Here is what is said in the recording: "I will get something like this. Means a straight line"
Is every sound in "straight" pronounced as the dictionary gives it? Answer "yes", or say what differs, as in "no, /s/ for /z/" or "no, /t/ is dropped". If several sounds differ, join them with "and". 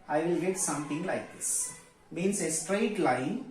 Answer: yes